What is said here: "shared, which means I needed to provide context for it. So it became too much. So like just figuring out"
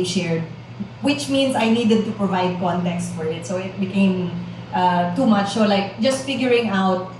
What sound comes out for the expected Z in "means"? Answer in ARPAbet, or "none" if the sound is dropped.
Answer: S